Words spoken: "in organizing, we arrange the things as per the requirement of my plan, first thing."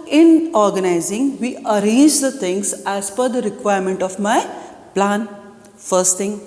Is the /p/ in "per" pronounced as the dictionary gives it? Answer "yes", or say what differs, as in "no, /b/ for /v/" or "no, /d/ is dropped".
no, /f/ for /p/